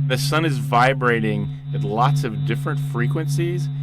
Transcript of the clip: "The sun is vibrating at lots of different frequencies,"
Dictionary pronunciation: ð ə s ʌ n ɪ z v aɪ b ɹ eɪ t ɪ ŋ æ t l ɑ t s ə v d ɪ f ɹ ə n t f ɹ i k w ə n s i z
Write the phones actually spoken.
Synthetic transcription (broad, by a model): ð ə s ʌ n ɪ z v aɪ b ɹ eɪ t ɪ ŋ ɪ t l ɑ t s ə v d ɪ f ɹ ə n t f ɹ i k w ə n s i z